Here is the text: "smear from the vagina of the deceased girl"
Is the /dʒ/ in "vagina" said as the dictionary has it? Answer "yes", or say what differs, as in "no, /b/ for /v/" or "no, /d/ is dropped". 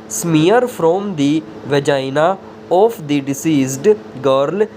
yes